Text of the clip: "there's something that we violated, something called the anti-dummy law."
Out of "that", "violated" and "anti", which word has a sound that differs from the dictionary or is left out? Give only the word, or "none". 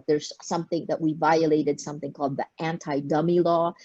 none